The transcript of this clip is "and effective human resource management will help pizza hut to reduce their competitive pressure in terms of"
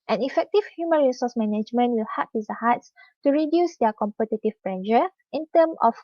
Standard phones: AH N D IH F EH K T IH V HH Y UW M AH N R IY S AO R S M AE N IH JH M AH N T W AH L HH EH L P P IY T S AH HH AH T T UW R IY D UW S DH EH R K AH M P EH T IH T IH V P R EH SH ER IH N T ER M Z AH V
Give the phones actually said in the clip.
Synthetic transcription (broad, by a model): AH N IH F EH K T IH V HH Y UW M AH N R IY S AO S M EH N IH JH M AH N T W AH L HH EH P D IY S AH HH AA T T UW R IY D UW S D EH K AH M P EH T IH T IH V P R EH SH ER IH N T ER M AH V